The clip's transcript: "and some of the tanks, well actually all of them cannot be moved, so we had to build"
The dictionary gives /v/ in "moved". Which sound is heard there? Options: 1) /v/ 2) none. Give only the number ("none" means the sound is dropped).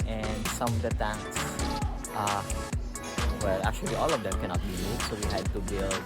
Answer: 2